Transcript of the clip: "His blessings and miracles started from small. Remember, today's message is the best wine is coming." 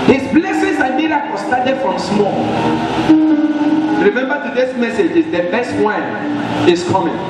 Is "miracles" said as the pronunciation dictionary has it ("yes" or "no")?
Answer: no